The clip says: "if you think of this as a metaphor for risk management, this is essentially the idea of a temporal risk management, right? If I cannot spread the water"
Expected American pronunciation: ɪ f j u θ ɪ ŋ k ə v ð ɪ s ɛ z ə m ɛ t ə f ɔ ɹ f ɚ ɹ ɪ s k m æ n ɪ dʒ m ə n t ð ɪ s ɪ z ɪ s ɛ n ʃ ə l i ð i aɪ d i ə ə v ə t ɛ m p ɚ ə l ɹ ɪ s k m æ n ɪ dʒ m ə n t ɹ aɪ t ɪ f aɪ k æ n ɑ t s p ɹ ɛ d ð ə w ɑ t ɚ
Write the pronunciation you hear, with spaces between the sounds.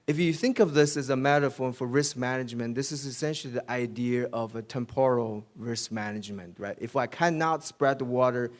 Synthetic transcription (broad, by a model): ɪ f j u θ ɪ ŋ k ə v ð ɪ s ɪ z ə m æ t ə f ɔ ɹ f ɚ ɹ ɪ s k m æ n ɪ dʒ m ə n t ð ɪ s ɪ z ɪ s ɛ n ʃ l i ð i aɪ d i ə ə v ə t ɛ m p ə l ɹ ɪ s k m æ n ɪ dʒ m ə n t ɹ aɪ t ɪ f aɪ k æ n ɑ t s p ɹ ɛ d ð ə w ɑ t ɚ